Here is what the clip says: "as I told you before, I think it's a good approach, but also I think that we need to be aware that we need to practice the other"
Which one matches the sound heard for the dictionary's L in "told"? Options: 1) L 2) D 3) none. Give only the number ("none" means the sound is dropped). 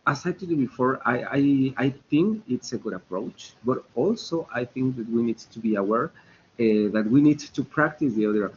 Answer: 3